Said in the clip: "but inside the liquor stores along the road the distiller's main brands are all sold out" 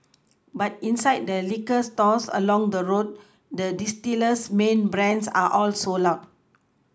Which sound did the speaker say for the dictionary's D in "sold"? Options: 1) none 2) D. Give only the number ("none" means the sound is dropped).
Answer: 1